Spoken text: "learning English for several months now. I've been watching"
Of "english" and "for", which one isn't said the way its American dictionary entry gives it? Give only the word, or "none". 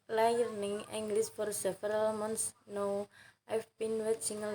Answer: english